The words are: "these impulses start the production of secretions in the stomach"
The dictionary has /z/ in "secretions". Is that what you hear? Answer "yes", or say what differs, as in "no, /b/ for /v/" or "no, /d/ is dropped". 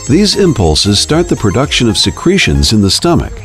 yes